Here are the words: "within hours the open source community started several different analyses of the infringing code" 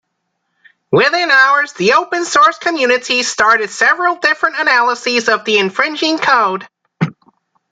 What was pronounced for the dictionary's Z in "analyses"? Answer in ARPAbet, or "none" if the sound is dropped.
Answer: Z